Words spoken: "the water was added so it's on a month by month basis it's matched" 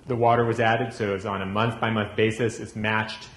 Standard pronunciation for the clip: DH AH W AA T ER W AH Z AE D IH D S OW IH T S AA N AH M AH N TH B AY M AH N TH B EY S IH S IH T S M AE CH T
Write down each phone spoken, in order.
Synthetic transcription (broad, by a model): DH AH W AA T ER W AH Z AE D IH D S OW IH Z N AH M AH N TH B AY M AH N TH B EY S IH S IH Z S M AE CH T